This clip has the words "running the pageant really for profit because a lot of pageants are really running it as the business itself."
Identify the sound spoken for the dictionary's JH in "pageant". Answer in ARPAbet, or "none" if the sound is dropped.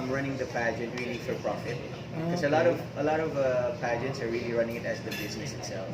JH